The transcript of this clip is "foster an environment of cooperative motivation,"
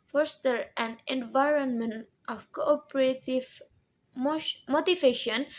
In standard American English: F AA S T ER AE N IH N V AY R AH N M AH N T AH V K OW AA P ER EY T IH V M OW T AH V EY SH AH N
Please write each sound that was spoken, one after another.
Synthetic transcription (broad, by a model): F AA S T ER AE N IH N V AY R AH N M AH N T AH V K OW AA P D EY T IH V M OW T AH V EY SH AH N